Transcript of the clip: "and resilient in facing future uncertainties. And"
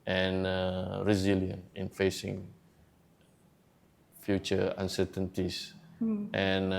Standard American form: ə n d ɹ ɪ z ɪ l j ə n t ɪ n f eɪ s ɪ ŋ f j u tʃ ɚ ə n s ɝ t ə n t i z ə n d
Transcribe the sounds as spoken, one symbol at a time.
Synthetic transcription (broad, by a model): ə n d ɹ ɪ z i l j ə n ɪ n f eɪ s ɪ ŋ f j u tʃ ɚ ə n s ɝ t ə n t i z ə n